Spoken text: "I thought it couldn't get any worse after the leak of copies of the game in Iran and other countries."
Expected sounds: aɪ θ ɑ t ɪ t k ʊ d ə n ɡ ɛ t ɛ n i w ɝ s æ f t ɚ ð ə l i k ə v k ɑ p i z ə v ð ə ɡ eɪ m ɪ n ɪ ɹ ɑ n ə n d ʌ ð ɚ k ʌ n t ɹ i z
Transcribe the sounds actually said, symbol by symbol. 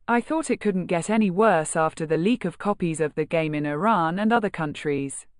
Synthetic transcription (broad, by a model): aɪ θ ɑ t ɪ t k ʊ d n ɡ ɛ t ɛ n i w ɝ s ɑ f t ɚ ð ə l i k ə v k ɑ p i z ə v ð ə ɡ eɪ m ɪ n ɪ ɹ ɑ n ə n ʌ ð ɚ k ʌ n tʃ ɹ i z